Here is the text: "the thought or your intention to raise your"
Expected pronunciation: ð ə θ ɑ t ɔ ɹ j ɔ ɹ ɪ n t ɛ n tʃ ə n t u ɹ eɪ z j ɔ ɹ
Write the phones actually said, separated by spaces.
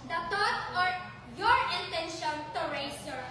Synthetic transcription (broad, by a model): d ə t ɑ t ɔ ɹ j ɔ ɹ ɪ n t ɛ n ʃ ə n t u ɹ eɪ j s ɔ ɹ